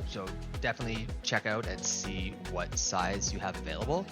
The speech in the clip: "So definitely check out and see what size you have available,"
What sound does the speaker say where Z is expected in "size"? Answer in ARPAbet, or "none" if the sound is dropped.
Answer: Z